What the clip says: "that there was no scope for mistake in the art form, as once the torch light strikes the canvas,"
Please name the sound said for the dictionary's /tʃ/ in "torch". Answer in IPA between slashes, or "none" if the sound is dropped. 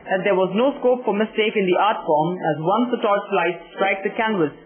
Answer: /s/